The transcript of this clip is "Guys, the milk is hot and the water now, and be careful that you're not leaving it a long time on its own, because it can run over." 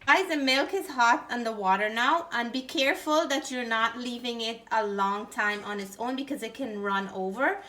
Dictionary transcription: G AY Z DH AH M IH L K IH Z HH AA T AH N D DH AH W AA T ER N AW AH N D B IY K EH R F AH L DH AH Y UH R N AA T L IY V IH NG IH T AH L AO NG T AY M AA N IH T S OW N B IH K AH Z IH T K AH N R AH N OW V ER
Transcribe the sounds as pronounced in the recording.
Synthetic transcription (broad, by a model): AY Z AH M IH L K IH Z HH AA T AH N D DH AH W AA T ER N AW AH N B IY K EH R F AH L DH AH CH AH R N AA T L IY V IH NG IH T AH L AO NG T AY M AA N IH T S OW N B IH K AH Z IH T K AH N R AH N OW V ER